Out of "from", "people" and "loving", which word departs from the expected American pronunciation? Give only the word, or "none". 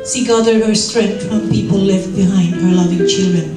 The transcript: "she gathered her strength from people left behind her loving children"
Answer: none